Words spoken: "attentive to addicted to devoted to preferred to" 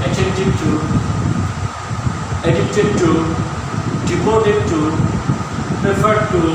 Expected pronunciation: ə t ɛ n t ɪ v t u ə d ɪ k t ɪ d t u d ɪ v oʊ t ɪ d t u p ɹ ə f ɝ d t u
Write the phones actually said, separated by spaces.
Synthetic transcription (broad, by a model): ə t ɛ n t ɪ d t u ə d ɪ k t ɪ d t u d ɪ p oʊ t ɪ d t u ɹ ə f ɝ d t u